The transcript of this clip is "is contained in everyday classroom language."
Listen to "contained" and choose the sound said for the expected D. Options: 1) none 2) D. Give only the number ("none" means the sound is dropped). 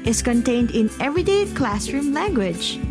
2